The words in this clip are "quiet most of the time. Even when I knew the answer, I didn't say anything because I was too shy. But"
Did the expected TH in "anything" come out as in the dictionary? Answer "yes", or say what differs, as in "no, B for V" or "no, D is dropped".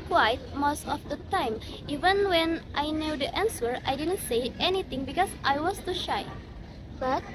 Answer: no, T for TH